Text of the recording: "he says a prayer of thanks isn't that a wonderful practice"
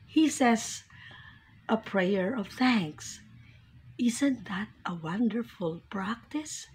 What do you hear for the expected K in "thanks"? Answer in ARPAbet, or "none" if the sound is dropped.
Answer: K